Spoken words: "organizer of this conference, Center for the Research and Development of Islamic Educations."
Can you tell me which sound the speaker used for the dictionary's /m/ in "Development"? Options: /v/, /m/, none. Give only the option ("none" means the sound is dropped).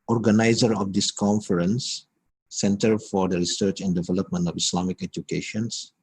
/m/